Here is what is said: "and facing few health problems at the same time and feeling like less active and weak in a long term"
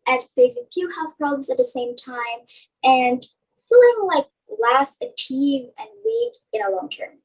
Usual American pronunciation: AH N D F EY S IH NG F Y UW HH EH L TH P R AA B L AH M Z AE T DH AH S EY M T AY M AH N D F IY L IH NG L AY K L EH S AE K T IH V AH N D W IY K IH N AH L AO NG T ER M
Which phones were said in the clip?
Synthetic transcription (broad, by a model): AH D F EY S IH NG F Y UW HH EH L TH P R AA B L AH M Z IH T DH AH S EY M T AY M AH N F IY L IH NG L AY K L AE S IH T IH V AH N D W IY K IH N AH L AO NG T ER M